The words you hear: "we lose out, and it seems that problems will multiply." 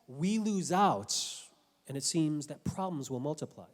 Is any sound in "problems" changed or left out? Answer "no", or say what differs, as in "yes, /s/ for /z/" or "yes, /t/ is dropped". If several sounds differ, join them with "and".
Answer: no